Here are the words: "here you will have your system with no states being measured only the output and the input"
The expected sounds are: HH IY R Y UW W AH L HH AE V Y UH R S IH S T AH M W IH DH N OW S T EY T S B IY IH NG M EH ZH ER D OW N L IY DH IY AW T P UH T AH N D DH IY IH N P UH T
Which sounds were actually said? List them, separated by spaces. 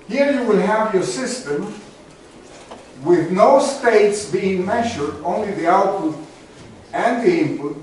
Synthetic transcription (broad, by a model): HH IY R Y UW W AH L HH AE V Y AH R S IH S T AH M W IH DH N OW S T EY T S B IY IH NG M EH ZH ER D OW N L IY DH IY AW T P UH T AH N DH IY IH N P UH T